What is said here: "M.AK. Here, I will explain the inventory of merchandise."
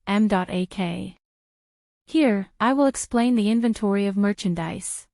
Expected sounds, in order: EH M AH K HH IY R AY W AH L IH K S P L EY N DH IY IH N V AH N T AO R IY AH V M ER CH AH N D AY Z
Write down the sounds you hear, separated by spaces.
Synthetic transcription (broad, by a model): EH M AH K HH IY R AY W AH L IH K S P L EY N DH IY IH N V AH N T AO R IY AH V M ER CH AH N D AY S